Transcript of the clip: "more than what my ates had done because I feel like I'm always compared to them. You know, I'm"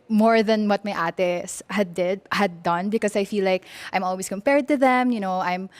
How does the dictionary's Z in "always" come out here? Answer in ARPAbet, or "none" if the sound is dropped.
S